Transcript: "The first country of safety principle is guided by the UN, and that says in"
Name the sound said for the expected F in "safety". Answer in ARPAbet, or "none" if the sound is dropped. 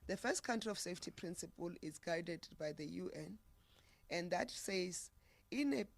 F